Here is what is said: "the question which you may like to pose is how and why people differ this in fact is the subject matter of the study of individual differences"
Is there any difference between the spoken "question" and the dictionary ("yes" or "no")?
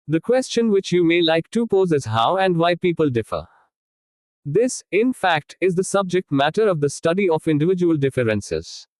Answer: no